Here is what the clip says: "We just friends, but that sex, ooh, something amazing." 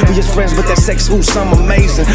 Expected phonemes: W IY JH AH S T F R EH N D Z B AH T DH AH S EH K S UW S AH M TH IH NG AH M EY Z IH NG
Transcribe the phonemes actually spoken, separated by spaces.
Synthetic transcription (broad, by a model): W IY JH AH S T F R EH N D Z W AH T DH AH S EH K S UW S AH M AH M EY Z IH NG